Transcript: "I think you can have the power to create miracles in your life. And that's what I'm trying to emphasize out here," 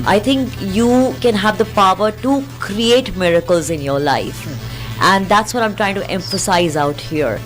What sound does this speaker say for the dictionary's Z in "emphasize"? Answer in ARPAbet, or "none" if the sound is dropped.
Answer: Z